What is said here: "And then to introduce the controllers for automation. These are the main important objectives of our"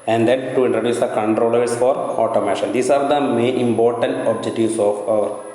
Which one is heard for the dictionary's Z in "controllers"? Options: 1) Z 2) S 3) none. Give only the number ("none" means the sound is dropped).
2